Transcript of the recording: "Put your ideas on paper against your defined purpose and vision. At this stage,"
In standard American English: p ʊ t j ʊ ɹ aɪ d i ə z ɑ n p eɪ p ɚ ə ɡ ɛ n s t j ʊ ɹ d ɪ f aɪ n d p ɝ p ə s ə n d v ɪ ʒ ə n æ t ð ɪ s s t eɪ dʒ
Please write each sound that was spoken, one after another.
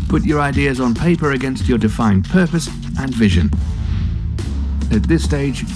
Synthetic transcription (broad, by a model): p ʊ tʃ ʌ ɹ aɪ d i ə z n p eɪ p ɚ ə ɡ ɛ n s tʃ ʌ ɹ d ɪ f aɪ n p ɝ p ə s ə n v ɪ ʒ ə n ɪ t ð ɪ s s t eɪ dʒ